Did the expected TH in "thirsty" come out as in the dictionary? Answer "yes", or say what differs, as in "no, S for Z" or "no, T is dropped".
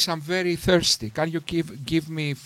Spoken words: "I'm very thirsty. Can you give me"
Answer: yes